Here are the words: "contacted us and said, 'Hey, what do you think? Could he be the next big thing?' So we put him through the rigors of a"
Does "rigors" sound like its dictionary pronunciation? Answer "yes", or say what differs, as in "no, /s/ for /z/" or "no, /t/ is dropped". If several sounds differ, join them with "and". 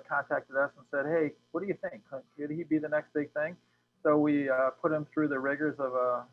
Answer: yes